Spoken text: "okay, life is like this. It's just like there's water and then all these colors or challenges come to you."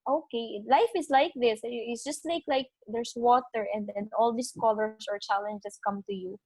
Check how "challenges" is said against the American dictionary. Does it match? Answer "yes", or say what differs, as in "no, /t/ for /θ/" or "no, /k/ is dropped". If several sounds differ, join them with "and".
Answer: no, /s/ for /z/